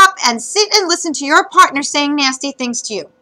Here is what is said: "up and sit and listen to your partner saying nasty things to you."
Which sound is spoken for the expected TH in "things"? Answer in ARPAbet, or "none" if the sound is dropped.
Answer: TH